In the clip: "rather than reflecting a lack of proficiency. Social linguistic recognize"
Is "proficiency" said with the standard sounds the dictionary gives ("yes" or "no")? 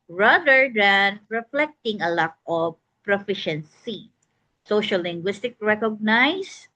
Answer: yes